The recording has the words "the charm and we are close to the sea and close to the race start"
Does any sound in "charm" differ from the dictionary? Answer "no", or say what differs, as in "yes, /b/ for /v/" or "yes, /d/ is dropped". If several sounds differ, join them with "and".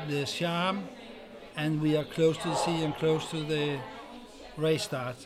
yes, /ʃ/ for /tʃ/